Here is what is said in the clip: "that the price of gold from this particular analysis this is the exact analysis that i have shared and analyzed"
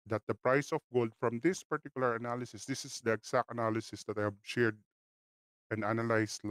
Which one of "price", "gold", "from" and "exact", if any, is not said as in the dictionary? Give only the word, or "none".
exact